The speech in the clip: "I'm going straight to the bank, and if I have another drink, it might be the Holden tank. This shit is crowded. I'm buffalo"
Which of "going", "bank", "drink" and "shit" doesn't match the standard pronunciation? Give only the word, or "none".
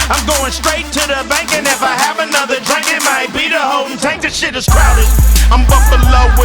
none